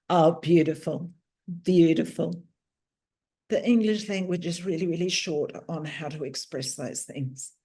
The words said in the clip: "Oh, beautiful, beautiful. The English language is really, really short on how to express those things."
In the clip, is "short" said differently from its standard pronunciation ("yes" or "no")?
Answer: no